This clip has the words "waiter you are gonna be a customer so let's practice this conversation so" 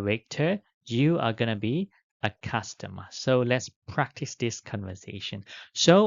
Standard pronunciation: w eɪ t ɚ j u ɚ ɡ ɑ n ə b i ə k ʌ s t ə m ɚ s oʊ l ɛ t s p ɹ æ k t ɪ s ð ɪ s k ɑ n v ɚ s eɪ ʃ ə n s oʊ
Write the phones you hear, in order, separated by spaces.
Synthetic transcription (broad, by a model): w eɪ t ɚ j u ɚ ɡ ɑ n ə b i ə k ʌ s t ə m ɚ s oʊ l ɛ t s p ɹ æ k t ɪ s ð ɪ s k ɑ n v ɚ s eɪ ʃ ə n s oʊ